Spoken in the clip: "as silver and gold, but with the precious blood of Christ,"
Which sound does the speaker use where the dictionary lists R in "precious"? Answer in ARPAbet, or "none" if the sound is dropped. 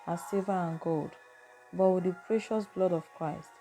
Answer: R